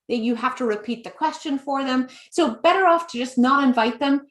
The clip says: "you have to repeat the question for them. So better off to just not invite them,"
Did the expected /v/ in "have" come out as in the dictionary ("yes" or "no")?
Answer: no